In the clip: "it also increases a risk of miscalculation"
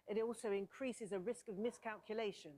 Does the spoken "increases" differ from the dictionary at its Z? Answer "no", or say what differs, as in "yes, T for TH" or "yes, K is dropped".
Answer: no